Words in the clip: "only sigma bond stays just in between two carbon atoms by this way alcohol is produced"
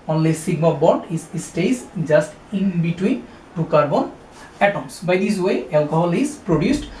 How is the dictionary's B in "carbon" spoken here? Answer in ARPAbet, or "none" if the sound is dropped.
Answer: B